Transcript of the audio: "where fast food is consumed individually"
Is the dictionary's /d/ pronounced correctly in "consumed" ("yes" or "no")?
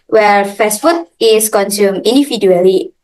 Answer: no